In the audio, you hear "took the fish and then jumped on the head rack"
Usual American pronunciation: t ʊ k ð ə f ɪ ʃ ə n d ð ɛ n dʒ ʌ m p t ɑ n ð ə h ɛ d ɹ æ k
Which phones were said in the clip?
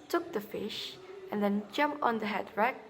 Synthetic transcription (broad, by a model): t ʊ k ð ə f ɪ ʃ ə n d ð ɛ n dʒ ʌ m p t ɑ n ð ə h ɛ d ɹ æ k